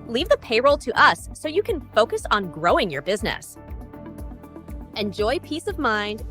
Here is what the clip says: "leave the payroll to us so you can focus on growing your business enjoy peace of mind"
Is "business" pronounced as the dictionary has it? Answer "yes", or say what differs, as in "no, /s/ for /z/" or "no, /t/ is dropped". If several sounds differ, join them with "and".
yes